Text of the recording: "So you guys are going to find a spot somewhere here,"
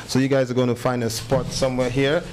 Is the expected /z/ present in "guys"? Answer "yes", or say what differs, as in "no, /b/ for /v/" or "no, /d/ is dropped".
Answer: yes